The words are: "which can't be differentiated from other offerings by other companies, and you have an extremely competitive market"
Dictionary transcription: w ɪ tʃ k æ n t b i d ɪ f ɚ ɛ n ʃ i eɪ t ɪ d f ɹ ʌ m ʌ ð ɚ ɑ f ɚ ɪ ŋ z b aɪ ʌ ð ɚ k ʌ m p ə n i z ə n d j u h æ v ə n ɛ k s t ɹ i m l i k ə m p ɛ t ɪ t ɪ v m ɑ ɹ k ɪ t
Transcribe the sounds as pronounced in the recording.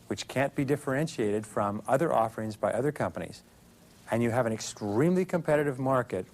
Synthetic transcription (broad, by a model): w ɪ tʃ k æ n b i d ɪ f ɚ ɛ n ʃ i eɪ t ɪ d f ɹ ʌ m ʌ ð ɚ ɑ f ɚ ɪ ŋ z b aɪ ʌ ð ɚ k ʌ m p ə n i z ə n j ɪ v ə n ɛ k s t ɹ i m l i k ə m p ɛ t ɪ t ɪ v m ɑ ɹ k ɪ t